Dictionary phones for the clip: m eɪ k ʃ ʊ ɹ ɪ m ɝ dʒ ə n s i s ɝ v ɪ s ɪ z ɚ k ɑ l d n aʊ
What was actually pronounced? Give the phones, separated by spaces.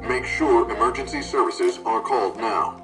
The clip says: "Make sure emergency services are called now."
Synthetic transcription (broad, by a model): m eɪ k ʃ ʊ ɹ ɪ m ɝ dʒ ə n s i s ɝ v ɪ s ɪ z ɚ k ɑ l d n aʊ